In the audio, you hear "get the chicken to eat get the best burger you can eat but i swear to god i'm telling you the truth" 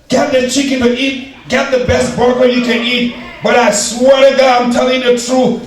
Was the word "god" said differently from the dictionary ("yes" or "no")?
yes